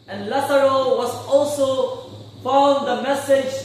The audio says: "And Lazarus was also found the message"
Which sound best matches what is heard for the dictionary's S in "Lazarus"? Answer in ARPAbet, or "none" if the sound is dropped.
none